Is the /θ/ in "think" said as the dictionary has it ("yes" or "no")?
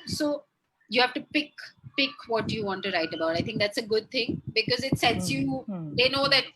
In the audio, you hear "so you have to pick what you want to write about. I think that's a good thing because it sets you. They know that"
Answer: no